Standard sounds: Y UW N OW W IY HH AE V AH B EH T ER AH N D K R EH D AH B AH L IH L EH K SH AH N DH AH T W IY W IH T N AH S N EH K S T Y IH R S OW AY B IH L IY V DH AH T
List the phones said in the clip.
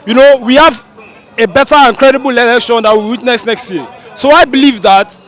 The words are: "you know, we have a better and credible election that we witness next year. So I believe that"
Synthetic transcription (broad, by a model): Y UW N OW W IY HH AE V AH B EH T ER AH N K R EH D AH B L L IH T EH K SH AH N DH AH T W IY W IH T N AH S N EH K S T Y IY S OW AY B IH L IY V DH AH T